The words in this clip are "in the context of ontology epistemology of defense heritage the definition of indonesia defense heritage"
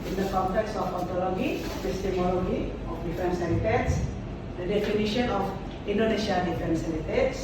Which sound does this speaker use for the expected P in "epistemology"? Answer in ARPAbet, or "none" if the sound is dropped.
F